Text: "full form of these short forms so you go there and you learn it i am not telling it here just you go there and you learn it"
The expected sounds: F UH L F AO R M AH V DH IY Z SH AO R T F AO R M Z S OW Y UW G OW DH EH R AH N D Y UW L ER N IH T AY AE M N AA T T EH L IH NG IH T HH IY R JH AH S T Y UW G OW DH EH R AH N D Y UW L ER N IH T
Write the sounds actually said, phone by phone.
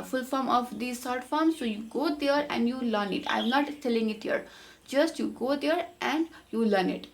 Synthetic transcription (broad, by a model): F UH L F AO R M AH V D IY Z S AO R T F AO R M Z S OW Y UW G OW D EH R AH N D Y UW L ER N IH T AY M N AA T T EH L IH NG IH T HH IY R JH AH S T Y UW G OW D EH R AH N D Y UW L ER N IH T